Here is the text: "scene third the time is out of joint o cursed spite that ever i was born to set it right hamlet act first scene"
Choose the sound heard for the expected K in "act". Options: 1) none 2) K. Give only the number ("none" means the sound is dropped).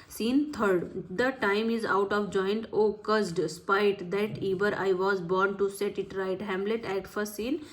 1